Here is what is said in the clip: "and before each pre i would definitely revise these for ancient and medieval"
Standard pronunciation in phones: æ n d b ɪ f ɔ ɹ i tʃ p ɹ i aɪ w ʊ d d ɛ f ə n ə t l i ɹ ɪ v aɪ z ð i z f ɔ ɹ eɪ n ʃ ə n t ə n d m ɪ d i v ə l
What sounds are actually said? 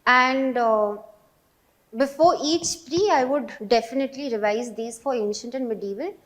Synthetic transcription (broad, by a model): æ n d b ɪ f ɔ ɹ i tʃ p ɹ i aɪ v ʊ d d ɛ f ə n ə t l i ɹ ɪ v aɪ z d i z f ɔ ɹ eɪ n ʃ ə n t ə n d m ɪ d i v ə l